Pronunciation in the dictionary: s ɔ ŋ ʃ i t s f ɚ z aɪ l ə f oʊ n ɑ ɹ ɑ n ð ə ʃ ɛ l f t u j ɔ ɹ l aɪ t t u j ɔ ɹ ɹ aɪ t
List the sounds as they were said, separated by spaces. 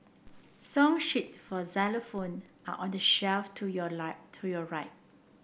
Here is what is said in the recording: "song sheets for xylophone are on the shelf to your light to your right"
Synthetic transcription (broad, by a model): s ɔ ŋ ʃ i t f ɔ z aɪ l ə f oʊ n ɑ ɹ ɑ n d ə ʃ ɛ l f t u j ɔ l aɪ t t u j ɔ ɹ ɹ aɪ t